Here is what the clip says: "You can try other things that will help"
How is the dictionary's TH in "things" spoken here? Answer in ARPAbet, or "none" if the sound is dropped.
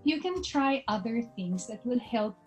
TH